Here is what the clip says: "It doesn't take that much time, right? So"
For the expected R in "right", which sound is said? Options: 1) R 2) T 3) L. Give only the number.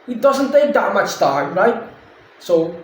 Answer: 1